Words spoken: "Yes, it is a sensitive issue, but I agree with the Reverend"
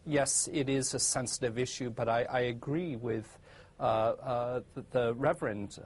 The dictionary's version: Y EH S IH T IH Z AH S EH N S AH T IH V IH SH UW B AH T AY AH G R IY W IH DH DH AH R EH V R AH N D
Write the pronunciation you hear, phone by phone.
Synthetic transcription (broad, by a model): Y EH S IH T IH Z AH S EH N S AH T IH V IH SH UW B AH T AY AH G R IY W IH DH DH AH R EH V R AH N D